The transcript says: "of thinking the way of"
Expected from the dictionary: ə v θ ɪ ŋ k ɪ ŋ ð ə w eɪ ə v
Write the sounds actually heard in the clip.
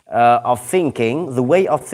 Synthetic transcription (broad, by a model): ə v θ ɪ ŋ k ɪ ŋ ð ə w eɪ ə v